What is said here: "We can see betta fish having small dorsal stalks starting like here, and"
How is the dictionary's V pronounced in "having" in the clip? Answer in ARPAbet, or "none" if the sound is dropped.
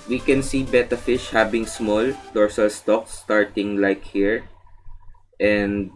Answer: B